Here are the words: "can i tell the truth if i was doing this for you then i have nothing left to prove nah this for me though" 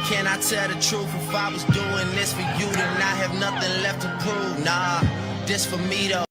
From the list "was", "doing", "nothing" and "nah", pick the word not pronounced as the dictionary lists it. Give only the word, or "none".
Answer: none